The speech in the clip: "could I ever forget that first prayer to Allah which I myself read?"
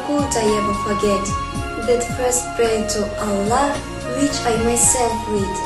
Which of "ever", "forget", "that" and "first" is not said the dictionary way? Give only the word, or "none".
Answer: none